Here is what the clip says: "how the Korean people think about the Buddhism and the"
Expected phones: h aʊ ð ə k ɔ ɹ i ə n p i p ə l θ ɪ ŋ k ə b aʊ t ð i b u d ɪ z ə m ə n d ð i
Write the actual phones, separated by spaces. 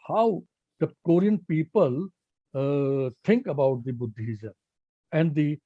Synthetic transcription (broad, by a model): h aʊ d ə k ɔ ɹ i ə n p i p ə l t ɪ ŋ k ə b aʊ t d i b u d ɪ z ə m ə n d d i